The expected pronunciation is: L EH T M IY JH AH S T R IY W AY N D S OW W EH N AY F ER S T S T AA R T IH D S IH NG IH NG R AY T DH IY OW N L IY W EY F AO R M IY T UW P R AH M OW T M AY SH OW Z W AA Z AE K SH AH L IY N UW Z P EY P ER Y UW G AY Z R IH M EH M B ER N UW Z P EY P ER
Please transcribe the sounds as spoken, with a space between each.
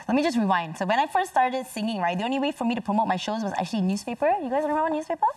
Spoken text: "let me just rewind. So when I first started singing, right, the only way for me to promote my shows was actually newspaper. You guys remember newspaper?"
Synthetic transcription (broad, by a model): L EH T M IY JH AH S T R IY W AY N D S OW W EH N AY F ER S S T AA R T IH D S IH NG IH NG R AY T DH IY OW N L IY W EY F AO R M IY T UW P R AH M OW T M AY SH OW Z W AA Z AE K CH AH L IY N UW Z P EY P ER Y UW G AY Z W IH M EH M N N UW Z P EY P ER